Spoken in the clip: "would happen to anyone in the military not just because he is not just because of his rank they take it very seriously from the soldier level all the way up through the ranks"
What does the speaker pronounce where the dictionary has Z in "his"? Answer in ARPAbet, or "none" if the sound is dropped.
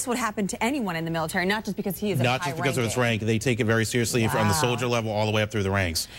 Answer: S